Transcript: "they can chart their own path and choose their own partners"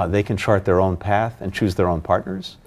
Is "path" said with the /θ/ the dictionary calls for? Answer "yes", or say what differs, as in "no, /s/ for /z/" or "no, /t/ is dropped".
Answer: yes